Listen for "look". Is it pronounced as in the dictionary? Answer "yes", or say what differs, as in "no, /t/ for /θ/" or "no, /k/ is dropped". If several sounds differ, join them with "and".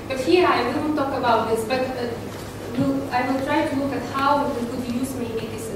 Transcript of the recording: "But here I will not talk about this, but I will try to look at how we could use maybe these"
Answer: yes